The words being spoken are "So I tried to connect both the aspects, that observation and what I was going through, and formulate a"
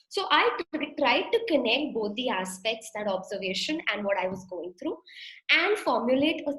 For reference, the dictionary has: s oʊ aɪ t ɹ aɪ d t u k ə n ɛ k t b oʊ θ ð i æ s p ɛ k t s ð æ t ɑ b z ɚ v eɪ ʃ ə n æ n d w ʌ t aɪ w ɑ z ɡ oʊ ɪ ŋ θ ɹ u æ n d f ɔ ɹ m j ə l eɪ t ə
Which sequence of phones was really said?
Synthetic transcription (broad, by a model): s oʊ aɪ t ɹ aɪ d t u k ə n ɛ k t b oʊ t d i æ s p ɛ k t s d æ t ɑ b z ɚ v eɪ ʃ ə n æ n d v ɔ t aɪ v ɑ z ɡ oʊ ɪ ŋ t ɹ u æ n d f ɔ ɹ m j ə l eɪ t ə